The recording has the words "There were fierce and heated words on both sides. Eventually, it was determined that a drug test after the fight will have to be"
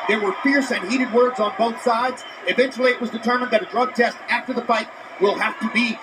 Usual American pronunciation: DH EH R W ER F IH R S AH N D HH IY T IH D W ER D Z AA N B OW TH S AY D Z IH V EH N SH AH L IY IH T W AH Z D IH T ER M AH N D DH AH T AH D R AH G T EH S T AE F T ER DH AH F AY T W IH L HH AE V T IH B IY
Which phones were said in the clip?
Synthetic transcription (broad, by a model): DH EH R W ER F IH R S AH N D HH IY T IH D W ER D Z N B OW TH S AY D Z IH V EH N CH L IY IH T W AH Z D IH T ER M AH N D DH AH T AH D R AH G T EH S T AE F T ER DH AH F AY T W IH L HH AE F T IH B IY